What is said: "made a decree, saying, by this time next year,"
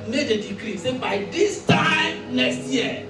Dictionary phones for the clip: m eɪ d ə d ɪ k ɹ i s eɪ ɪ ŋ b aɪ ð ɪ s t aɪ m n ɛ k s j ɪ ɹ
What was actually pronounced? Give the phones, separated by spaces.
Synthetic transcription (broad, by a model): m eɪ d ə d ɪ k ɹ i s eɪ b aɪ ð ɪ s t aɪ m l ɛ s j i